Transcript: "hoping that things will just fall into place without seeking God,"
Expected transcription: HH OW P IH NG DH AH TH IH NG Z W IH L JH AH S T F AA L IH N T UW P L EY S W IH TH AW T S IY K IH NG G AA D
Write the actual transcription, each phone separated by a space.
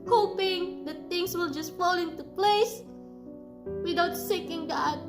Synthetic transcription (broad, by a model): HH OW P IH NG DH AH T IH NG S W IH L JH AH S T F AA L IH N T UW P L EY S W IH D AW T S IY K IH NG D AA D